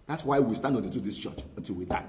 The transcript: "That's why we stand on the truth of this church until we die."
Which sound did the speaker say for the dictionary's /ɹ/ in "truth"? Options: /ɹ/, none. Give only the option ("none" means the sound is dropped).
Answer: none